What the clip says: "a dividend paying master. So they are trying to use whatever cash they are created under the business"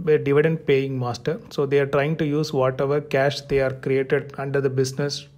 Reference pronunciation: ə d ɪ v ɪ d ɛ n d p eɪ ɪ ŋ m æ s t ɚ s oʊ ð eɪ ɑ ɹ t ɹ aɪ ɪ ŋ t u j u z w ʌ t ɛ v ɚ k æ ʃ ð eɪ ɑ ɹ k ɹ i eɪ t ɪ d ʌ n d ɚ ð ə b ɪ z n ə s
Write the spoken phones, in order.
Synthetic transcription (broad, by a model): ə d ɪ v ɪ d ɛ n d p eɪ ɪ ŋ m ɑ s t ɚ s oʊ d eɪ ɑ ɹ t ɹ aɪ ɪ ŋ t u j u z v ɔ t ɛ v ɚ k æ ʃ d eɪ ɑ ɹ k ɹ i eɪ t ɪ d ʌ n d ɚ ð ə b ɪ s n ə s